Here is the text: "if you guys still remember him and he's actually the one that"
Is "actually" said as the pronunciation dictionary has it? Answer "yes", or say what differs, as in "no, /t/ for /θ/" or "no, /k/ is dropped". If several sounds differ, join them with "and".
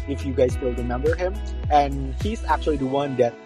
yes